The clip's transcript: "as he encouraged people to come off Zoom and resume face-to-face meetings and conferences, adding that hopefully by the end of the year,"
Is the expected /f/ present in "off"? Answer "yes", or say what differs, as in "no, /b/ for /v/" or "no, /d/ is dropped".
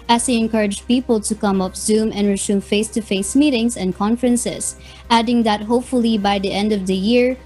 no, /p/ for /f/